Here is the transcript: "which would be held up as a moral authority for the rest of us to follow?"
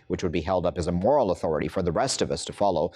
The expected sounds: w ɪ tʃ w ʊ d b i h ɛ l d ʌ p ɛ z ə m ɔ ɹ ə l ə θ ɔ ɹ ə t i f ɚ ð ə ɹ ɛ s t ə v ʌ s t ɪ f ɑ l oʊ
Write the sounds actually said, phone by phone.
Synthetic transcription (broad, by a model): w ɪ tʃ w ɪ d b i h ɛ l d ʌ p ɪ z ə m ɔ ɹ l ə θ ɔ ɹ ə t i f ɚ ð ə ɹ ɛ s t ə v ʌ s t ɪ f ɑ l oʊ